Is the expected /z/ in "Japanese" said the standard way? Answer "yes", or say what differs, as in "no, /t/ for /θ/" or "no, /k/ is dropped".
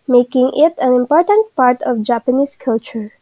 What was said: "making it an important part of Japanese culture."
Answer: no, /s/ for /z/